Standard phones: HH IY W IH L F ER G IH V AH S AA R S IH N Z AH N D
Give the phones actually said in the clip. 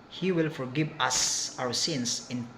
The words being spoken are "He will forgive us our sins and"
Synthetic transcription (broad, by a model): HH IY W IH L F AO G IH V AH S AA W S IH N S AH N